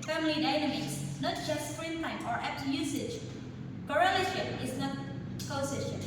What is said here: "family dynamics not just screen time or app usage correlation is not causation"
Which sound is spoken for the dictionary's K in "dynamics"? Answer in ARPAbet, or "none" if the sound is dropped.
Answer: none